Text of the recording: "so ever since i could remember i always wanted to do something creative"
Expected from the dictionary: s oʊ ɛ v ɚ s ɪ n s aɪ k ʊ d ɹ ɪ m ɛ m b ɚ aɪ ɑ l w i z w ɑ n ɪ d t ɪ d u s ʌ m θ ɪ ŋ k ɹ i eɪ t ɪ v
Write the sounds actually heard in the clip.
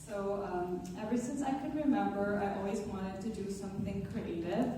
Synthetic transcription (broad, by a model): s oʊ ɛ v ɚ s ɪ n s aɪ k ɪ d ɹ ɪ m ɛ m b ɚ aɪ ɑ l w i z w ɑ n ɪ d t ɪ d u s ʌ m θ ɪ ŋ k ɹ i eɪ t ɪ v